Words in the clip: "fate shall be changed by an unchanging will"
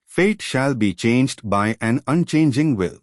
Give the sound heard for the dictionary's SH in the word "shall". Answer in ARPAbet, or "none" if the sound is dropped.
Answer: SH